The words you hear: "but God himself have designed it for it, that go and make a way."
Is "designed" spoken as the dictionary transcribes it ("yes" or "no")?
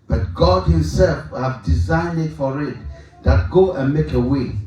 yes